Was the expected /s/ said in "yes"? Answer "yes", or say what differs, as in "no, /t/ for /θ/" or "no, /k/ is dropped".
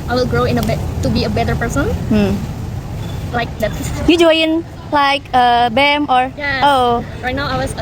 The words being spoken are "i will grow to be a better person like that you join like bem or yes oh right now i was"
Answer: no, /s/ is dropped